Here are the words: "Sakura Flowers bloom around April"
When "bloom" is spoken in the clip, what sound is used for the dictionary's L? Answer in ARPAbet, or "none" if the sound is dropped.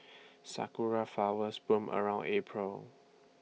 none